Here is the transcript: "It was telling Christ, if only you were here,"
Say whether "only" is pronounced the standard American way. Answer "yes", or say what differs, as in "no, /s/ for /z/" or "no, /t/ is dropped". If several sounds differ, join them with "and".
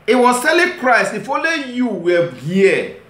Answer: no, /n/ is dropped